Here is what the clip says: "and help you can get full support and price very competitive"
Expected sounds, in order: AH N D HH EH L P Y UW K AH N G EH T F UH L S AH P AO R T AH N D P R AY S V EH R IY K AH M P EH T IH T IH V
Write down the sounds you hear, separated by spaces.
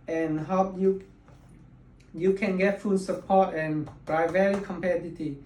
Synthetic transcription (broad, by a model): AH N HH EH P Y Y UW K AH N G EH T F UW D S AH P AO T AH N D R AY V EH R IY K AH M P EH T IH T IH